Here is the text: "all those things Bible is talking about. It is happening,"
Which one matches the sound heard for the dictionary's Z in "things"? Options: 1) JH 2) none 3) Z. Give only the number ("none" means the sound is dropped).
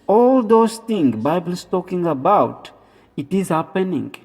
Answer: 2